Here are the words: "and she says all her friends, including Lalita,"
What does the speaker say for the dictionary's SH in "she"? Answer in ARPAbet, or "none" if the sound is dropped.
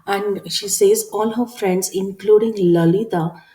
SH